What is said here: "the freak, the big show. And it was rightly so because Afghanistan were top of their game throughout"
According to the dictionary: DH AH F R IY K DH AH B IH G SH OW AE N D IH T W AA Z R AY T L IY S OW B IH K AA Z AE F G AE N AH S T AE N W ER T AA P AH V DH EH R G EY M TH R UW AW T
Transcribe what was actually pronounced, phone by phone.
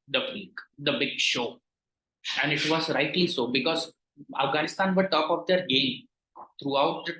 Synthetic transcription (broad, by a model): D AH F IY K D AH B IH G SH OW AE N D IH T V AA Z R AY T L IY S OW B IH K AA Z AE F G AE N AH S T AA N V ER T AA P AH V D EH R G EY M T R UW AW T